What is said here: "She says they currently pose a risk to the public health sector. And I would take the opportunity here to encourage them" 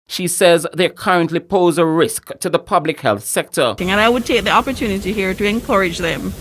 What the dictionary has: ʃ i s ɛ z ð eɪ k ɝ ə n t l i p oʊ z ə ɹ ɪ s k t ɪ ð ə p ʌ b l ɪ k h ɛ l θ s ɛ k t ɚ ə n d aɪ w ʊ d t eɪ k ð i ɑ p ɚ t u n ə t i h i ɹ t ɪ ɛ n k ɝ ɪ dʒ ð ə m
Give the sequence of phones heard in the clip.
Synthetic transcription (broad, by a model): ʃ i s ɛ z ð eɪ k ɝ ə n t l i p oʊ z ə ɹ ɪ s k t ɪ ð ə p ʌ b l ɪ k h ɛ l θ s ɛ k t ɚ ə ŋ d aɪ w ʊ d t eɪ k ð i ɑ p ɚ t u n ə t i h i ɹ t ɪ ɛ n k ɝ ɪ dʒ ð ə m